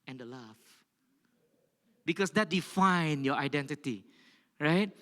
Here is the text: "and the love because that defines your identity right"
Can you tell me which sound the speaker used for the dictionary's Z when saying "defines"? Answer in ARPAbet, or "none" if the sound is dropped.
none